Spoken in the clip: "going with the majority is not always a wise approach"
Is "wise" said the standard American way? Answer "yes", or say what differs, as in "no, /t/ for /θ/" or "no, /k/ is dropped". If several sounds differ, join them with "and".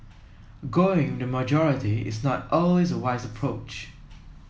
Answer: yes